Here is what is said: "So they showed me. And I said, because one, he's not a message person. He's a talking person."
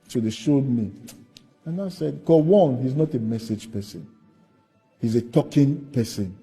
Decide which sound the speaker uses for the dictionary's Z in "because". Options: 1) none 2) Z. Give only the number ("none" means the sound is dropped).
1